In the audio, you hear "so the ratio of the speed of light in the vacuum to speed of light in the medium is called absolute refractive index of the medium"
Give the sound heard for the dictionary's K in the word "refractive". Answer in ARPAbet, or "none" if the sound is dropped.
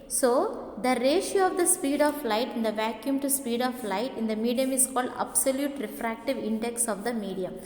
K